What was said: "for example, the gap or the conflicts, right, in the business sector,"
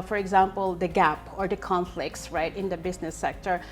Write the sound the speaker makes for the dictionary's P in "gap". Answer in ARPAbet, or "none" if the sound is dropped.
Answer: P